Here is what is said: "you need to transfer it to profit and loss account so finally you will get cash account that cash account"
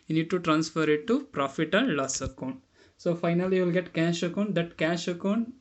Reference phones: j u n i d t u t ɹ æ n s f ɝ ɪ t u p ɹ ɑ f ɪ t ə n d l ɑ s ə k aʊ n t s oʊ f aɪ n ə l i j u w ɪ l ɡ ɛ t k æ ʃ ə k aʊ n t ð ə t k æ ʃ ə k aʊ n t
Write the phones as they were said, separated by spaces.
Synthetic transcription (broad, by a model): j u n i d t u t ɹ æ n s f ɝ ɪ t u p ɹ ɑ f ɪ t ə n d l ɑ s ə k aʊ n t s oʊ f aɪ n ə l i j u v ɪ l ɡ ɛ t k æ ʃ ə k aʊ n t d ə t k æ ʃ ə k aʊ n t